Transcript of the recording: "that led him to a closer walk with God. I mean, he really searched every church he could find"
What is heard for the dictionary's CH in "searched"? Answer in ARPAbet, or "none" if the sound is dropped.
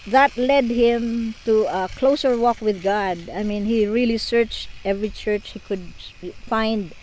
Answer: CH